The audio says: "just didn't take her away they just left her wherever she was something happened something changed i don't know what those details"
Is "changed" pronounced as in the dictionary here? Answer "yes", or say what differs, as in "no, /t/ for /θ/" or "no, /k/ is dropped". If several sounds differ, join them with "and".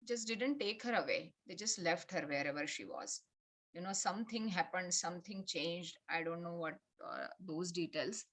yes